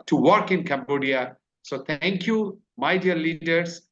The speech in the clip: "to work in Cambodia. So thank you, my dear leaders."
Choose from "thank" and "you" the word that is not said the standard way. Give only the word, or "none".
thank